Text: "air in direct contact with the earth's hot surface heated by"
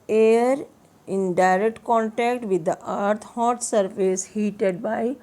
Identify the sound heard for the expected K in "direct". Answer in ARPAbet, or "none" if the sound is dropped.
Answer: K